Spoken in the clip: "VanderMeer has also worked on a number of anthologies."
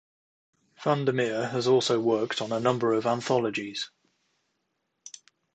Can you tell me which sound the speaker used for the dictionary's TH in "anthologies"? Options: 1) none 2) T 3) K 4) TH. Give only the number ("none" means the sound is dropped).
4